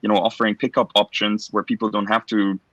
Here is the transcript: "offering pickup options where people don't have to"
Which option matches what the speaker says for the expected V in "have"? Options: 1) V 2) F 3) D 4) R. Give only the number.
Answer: 2